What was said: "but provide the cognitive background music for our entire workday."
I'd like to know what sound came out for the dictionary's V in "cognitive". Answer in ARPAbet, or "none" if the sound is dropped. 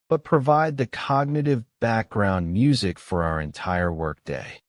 V